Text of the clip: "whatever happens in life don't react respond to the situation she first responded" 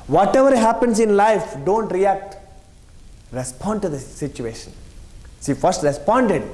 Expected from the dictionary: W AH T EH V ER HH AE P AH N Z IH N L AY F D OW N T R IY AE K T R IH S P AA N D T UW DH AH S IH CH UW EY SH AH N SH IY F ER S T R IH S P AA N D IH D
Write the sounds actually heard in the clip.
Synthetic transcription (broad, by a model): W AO T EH V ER HH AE P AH N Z IH N L AY F D OW N T R IY AE K T R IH S P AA N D T UW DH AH S IH CH UW EY SH AH N S IY F ER S T R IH S P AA N D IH D